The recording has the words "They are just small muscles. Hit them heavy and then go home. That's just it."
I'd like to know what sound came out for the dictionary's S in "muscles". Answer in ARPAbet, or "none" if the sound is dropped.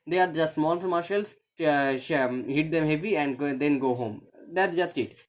SH